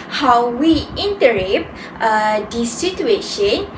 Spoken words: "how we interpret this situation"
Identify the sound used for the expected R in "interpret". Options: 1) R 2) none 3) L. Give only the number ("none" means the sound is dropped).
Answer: 2